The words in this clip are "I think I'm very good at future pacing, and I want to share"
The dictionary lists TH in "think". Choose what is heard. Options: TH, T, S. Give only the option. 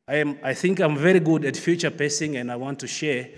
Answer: TH